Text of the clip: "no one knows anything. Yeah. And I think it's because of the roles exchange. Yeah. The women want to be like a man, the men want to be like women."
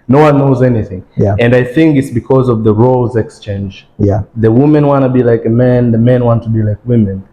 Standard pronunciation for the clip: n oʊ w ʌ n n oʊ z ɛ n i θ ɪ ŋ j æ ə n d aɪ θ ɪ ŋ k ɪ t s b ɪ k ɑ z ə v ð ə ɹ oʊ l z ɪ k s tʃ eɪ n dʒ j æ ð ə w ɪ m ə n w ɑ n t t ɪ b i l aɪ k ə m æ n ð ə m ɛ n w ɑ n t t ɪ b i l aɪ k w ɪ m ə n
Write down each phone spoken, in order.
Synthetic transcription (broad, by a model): n oʊ w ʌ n n oʊ z ɛ n i θ ɪ ŋ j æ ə n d aɪ θ ɪ ŋ k ɪ t s b ɪ k ɑ z ə v ð ə ɹ oʊ l z ɪ k s tʃ eɪ n dʒ j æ ð ə w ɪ m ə n w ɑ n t t ɪ b i l aɪ k ə m æ n ð ə m ɛ n w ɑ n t t ɪ b i l aɪ k w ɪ m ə n